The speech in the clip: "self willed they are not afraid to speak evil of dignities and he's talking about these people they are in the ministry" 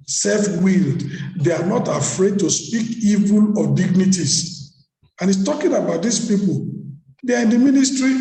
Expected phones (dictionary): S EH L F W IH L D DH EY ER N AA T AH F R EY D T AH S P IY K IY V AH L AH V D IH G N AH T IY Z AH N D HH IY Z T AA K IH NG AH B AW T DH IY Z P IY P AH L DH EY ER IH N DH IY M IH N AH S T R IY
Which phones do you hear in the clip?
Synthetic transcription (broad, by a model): S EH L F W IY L D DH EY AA N AA T AH F R EY D T AH S P IY K IY V AH L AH D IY G N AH T IY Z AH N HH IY S T AA K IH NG AH B AW T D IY S P IY P AH L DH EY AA IH N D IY M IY N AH S T R IY